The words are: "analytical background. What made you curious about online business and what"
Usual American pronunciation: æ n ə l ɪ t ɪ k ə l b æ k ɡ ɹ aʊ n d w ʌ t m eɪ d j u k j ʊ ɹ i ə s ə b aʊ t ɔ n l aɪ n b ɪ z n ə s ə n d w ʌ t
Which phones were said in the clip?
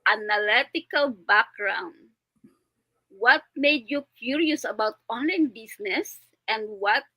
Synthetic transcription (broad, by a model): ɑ n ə l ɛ t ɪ k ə l b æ k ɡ ɹ aʊ n d w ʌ t m eɪ d j u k j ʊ ɹ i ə s ə b aʊ t ɔ n l aɪ n b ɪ s n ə s ə n d w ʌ t